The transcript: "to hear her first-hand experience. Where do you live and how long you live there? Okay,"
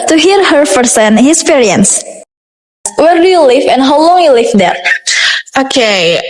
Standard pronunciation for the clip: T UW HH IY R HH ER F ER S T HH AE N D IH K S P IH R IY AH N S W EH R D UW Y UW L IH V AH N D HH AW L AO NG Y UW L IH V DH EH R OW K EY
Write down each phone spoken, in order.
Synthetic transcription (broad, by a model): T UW HH IY R HH ER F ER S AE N IH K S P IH R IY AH N S W EH R D UW Y UW L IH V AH N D HH AW L AO NG Y UW L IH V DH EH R OW K EY